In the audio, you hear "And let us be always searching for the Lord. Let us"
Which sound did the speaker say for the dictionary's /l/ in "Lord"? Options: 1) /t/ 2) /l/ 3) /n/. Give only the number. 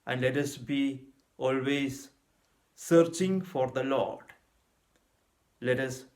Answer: 2